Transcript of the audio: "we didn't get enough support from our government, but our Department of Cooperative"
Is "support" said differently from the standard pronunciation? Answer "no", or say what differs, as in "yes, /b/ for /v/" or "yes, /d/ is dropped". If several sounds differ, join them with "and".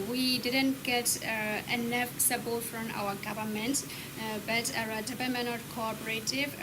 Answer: yes, /b/ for /p/